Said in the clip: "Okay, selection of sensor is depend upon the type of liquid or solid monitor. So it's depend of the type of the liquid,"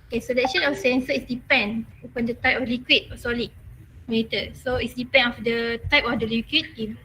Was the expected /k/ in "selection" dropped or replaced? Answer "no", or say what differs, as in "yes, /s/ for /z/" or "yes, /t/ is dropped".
yes, /k/ is dropped